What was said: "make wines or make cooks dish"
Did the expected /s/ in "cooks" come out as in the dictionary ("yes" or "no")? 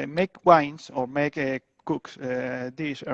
yes